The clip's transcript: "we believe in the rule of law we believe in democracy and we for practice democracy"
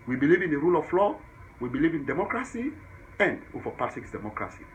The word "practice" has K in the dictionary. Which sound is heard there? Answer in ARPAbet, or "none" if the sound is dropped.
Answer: none